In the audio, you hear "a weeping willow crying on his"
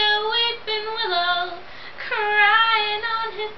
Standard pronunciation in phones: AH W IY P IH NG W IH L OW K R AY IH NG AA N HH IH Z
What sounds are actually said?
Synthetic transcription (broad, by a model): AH W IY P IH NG W IH L OW K R AY IH NG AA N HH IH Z